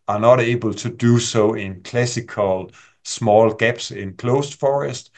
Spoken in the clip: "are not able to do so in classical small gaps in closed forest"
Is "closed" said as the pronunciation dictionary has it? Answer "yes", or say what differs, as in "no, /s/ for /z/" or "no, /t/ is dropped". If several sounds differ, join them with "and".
no, /s/ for /z/